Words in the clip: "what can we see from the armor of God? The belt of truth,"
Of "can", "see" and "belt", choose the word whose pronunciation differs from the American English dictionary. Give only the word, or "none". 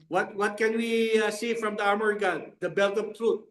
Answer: none